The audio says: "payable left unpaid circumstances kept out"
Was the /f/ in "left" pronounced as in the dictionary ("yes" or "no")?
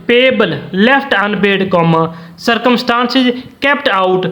no